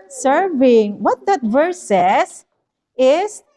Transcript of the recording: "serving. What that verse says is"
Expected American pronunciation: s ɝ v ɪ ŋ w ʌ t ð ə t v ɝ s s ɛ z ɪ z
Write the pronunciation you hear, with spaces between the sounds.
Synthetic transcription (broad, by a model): s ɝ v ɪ ŋ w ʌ t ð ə t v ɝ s s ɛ s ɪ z